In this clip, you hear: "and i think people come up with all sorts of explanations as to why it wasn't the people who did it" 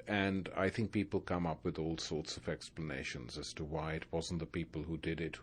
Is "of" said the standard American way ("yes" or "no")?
yes